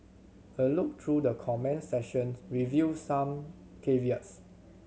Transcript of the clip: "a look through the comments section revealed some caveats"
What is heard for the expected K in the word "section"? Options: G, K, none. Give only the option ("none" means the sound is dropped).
none